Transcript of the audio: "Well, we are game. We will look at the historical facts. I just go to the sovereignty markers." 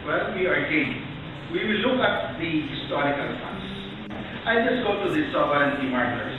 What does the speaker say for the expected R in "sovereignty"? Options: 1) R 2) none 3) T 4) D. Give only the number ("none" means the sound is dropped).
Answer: 2